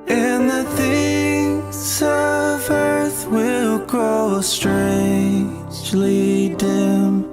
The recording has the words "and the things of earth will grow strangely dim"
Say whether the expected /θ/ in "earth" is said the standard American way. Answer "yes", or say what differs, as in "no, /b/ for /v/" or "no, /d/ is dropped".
yes